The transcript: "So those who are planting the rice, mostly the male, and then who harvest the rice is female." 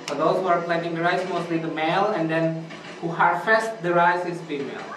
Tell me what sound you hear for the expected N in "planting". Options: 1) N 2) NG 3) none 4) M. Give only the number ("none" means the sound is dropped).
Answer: 3